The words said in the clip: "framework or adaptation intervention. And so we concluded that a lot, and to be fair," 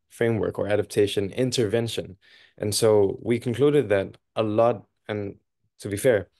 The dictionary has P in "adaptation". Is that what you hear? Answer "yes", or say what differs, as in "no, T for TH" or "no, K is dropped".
yes